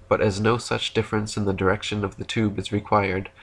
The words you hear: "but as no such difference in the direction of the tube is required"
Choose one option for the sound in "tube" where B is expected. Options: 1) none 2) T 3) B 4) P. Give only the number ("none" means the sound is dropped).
3